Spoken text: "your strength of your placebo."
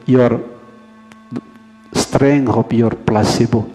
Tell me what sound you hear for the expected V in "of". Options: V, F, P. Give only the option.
P